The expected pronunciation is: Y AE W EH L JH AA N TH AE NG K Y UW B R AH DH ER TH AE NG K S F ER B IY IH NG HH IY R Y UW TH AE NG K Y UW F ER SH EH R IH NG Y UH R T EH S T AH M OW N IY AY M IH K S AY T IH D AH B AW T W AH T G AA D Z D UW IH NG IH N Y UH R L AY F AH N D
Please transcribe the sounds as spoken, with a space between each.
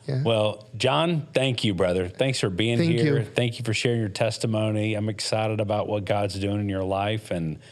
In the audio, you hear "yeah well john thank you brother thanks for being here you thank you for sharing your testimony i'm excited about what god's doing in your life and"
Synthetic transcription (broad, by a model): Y W EH L JH AA N TH AE NG K Y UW B R AH DH ER TH AE NG K S F ER B IY IH NG HH IY R TH AE NG K Y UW F ER SH EH R IH NG Y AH R T EH S T AH M OW N IY AY M IH K S AY T IH D AH B AW T W AH T G AA D Z D UW IH NG IH N Y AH R L AY F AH N